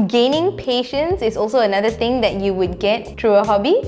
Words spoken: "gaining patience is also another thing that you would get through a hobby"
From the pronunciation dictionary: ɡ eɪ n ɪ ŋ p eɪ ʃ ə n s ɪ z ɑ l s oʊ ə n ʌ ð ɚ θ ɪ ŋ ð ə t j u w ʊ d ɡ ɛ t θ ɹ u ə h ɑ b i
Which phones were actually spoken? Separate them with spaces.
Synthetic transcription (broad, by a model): ɡ eɪ n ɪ ŋ p eɪ ʃ ə n s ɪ s ɑ l s oʊ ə n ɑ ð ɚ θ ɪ ŋ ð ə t j u w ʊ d ɡ ɛ t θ ɹ u ə h ɑ b i